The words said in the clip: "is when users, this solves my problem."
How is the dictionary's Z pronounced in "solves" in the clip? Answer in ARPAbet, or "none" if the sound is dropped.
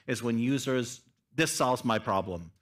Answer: Z